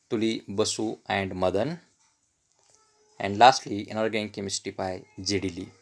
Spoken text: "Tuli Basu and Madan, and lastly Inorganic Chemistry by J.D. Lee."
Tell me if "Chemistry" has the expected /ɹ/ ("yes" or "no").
no